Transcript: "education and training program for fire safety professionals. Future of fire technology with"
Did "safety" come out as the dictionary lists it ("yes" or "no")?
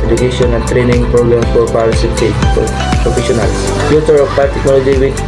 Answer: no